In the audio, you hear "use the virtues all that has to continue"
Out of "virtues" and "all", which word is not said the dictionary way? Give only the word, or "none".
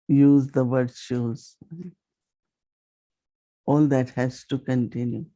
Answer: virtues